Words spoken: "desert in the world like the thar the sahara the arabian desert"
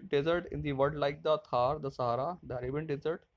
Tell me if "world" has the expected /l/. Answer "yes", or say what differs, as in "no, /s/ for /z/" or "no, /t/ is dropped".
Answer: no, /l/ is dropped